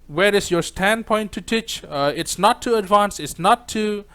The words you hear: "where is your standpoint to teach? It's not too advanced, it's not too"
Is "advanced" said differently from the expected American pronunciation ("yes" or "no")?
yes